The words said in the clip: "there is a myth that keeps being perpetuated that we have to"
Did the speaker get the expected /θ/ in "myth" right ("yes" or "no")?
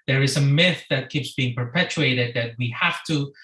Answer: yes